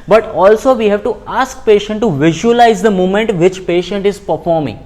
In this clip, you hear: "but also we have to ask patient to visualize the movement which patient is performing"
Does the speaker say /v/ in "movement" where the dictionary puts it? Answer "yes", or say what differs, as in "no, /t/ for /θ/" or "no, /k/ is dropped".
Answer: no, /v/ is dropped